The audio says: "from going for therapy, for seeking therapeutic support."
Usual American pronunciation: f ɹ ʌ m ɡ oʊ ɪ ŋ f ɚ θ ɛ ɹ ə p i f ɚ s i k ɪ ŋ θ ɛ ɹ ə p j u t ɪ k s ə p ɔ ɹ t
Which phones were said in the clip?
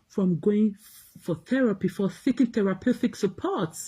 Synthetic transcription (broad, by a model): f ɹ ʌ m ɡ oʊ ɪ ŋ f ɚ θ ɛ ɹ ə p i f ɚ θ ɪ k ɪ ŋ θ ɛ ɹ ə p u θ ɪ k s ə p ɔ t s